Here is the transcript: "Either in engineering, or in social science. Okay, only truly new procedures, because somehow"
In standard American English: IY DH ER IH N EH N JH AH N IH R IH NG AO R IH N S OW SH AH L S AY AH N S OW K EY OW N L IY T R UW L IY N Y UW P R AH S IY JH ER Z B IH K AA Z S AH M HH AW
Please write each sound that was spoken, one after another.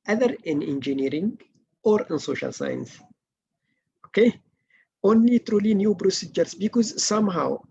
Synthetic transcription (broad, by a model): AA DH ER IH N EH N JH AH N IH R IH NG AO R IH N S OW SH AH L S AY AH N S OW K EY OW N L IY T R UW L IY N Y UW B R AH S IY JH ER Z B IH K AA Z S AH M HH AW